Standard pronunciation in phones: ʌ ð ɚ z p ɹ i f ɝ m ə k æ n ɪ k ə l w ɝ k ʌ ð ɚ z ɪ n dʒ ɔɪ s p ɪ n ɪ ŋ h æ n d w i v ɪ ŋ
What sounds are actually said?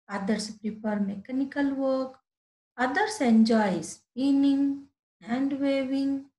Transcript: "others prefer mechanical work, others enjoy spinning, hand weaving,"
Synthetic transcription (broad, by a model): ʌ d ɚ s p ɹ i p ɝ m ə k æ n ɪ k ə l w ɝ k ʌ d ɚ s ɪ n dʒ ɔɪ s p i n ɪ ŋ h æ n d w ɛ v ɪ ŋ